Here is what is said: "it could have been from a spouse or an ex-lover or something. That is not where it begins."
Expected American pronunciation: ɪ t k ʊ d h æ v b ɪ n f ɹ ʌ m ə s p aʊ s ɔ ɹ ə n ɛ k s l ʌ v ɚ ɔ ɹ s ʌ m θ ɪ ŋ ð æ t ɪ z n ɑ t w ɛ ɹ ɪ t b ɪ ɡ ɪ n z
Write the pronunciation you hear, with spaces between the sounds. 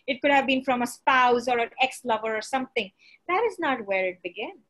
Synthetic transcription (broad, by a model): ɪ t k ʊ d h æ v b ɪ n f ɹ ʌ m ə s p aʊ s ɔ ɹ ə n ɛ k s l ʌ v ɚ ɔ ɹ s ʌ m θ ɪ ŋ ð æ t ɪ z n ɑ t w ɛ ɹ ɪ t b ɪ ɡ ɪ n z